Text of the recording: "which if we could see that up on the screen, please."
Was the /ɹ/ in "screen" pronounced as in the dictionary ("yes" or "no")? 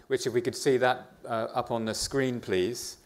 yes